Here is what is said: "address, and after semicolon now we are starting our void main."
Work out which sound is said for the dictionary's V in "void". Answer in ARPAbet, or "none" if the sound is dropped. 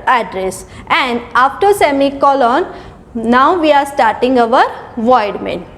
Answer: V